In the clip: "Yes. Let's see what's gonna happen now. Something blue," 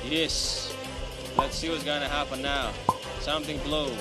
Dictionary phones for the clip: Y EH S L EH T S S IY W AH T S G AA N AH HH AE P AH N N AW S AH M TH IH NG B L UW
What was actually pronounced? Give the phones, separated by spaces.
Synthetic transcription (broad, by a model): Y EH S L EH T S S IY W AH T S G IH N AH HH AE P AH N N AW S AH M TH IH NG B L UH